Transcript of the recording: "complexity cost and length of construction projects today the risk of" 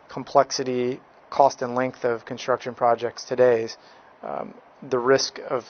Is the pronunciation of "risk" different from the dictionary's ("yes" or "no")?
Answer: no